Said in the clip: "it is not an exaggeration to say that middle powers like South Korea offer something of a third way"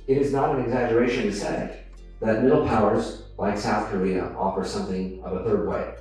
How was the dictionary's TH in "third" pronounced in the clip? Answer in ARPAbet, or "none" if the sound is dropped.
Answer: TH